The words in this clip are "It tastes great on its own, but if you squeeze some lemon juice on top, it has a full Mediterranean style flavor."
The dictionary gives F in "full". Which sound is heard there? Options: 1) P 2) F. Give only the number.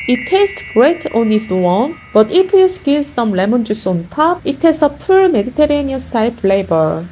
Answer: 1